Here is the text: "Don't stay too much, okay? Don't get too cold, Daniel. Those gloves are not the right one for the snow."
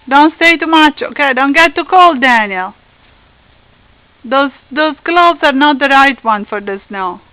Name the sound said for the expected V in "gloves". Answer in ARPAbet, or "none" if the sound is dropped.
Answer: B